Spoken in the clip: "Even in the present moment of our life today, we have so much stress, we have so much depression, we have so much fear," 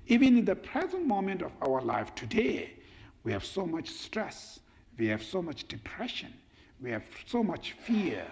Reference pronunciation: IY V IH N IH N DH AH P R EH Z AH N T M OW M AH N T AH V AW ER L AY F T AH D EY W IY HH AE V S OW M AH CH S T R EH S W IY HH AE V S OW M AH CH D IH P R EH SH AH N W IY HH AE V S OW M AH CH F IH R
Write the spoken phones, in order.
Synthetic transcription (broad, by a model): IY V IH N IH N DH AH P R EH Z AH N T M OW M AH N T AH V AW ER L AY F T AH D EY W IY HH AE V S OW M AH CH S T R EH S W IY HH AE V S OW M AH CH D IH P R EH SH AH N W IY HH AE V S OW M AH CH F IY R